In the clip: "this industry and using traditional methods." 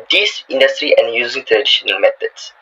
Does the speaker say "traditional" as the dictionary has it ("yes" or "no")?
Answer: no